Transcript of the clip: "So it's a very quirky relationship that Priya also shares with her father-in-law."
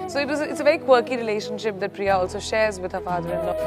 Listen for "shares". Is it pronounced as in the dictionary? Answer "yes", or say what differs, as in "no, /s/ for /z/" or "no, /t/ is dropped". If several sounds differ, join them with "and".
yes